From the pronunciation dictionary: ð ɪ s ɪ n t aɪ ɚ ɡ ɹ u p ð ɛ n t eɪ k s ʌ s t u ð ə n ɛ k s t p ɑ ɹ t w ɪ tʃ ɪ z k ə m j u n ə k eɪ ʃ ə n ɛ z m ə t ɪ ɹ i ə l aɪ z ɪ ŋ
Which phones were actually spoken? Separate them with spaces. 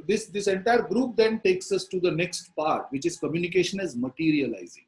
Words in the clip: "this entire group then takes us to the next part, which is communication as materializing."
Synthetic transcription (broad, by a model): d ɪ s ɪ n t aɪ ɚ ɡ ɹ u p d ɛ n t eɪ k s ʌ s t u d ə n ɛ k s t p ɑ ɹ t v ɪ tʃ ɪ z k ə m j u n ə k eɪ ʃ ə n ɛ z m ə t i ɹ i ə l aɪ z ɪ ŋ